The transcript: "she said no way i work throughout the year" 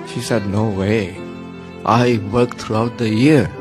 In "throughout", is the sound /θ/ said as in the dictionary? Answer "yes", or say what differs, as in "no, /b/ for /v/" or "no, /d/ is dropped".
no, /t/ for /θ/